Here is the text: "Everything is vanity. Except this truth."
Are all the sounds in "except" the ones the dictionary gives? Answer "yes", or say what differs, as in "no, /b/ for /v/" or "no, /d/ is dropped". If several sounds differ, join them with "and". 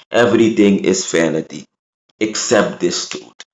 yes